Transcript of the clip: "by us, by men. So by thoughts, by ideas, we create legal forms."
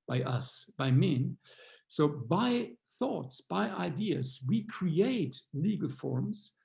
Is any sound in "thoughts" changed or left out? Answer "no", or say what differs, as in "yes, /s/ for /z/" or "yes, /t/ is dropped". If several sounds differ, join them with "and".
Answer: no